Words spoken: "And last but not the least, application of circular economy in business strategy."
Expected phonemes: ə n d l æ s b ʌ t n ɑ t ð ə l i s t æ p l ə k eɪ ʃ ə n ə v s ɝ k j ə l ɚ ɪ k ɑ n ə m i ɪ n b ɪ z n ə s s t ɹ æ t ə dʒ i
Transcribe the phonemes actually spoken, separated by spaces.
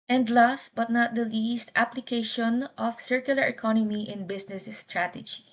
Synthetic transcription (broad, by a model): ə n d l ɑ s b ʌ t n ɑ t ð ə l i s t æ p l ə k eɪ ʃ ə n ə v s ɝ k j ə l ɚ ɪ k ɑ n ə m i ɪ n b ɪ s n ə s s t ɹ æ t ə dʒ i